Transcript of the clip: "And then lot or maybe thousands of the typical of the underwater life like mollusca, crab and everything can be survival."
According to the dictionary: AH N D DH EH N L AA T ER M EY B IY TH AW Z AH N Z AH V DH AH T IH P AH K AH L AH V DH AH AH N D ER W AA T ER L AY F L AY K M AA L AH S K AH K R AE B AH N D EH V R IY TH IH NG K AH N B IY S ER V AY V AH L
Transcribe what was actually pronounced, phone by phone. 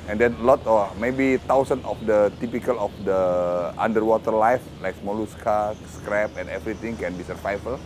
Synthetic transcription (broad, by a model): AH N D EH N L AA T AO M EY B IY T AW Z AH N AH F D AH T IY P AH K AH L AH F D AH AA N D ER W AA T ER L AY F L AY K M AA L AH S K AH K R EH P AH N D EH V R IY T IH NG K AH N B IY S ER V AY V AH L